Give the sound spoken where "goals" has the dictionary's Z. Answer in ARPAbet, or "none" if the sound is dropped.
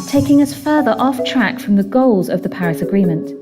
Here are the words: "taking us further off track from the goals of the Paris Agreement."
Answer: Z